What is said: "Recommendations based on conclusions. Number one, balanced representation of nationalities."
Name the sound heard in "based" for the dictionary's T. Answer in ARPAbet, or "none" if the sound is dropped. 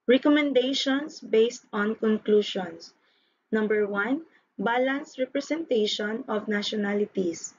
T